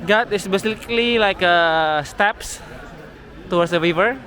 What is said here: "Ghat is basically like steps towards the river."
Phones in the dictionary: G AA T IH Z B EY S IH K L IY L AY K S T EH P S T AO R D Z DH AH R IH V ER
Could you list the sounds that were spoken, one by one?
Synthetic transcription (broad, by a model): G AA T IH S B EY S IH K L IY L AY K S T EH P S T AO W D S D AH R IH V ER